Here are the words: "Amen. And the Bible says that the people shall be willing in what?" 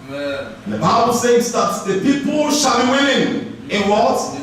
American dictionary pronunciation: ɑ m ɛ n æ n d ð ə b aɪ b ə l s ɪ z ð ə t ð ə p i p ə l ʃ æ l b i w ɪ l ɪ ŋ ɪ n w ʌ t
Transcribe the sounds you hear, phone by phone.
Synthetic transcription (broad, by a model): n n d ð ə b aɪ b ə l s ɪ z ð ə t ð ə p i p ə l ʃ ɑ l b i w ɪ n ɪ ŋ ɪ n w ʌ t